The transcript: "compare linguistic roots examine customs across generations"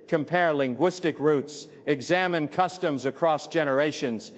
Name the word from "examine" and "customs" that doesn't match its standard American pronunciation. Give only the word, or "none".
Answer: none